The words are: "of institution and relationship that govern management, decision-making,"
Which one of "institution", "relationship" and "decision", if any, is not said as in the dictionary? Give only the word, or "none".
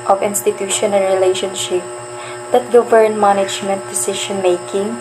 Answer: decision